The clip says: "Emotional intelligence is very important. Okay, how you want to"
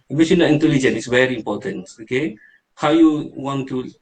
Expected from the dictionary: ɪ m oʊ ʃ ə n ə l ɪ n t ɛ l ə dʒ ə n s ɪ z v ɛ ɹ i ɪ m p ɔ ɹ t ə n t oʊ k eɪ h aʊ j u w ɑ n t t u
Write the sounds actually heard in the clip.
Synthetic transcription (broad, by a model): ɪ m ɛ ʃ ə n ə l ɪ n t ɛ l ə dʒ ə n ɪ s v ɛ ɹ i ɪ m p ɔ t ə n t oʊ k eɪ h aʊ j u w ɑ n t t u